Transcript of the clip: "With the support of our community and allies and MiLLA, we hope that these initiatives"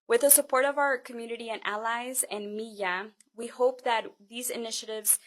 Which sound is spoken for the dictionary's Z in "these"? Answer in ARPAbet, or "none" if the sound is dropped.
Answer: Z